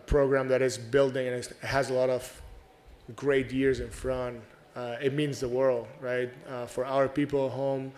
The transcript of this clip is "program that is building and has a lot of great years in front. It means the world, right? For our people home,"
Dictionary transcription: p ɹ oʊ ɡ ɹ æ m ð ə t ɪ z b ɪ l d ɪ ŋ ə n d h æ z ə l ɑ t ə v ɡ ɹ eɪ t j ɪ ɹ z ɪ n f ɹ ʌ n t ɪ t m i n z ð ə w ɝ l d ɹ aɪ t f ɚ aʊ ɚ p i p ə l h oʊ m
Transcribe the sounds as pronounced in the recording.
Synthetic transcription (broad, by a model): p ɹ oʊ ɡ ɹ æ m ð ə t ɪ z b ɪ l d ɪ ŋ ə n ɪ h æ z ə l ɑ t ə v ɡ ɹ eɪ t j ɪ ɹ z ɪ n f ɹ ʌ n t ɪ t m i n z ð ə w ɝ l d ɹ aɪ t f ɚ aʊ ɚ p i p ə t h oʊ m